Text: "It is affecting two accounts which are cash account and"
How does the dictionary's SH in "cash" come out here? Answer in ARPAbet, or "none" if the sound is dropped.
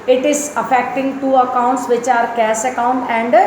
S